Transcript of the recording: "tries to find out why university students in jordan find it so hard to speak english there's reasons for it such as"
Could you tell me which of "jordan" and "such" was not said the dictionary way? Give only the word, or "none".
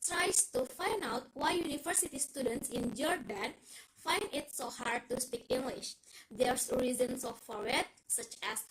none